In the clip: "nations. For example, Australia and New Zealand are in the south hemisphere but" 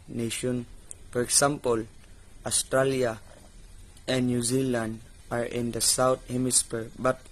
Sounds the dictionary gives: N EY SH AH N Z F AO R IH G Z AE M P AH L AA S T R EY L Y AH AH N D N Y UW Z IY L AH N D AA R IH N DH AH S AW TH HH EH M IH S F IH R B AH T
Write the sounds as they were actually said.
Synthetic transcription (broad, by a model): N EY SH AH N F AO R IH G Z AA M P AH L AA S T R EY L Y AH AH N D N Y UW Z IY L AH N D AA R IH N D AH S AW T HH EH M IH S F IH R B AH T